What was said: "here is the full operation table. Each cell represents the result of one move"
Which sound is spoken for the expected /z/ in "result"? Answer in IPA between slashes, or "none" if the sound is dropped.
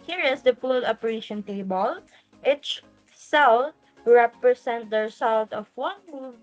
/s/